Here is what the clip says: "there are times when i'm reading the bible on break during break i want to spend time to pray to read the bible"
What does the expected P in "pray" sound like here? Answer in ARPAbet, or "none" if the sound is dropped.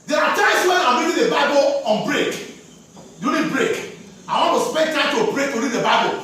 B